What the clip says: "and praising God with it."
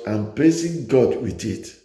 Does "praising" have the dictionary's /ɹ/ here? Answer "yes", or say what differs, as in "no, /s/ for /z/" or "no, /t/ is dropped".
no, /l/ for /ɹ/